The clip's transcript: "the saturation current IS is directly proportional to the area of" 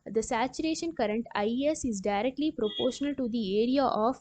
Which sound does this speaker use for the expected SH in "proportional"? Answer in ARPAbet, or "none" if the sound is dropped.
SH